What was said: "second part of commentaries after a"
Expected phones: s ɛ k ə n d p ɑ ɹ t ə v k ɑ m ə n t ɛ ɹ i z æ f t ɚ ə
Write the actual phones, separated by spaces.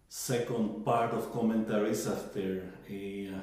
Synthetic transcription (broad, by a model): s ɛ k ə n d p ɑ ɹ t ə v k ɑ m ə n t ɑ ɹ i s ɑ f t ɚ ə